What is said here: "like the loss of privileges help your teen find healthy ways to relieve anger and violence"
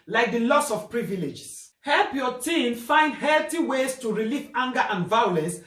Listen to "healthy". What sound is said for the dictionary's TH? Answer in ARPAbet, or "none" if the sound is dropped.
T